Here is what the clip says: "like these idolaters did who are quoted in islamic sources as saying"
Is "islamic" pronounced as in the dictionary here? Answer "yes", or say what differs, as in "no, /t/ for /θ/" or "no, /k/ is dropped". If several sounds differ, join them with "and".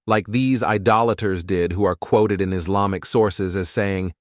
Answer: yes